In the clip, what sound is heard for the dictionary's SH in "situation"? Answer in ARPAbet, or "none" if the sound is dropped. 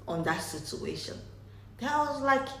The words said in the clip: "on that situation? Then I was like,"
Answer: SH